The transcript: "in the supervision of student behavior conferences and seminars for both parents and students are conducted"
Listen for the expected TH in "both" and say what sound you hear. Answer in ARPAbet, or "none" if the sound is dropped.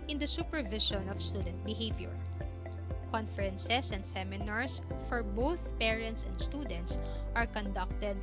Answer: TH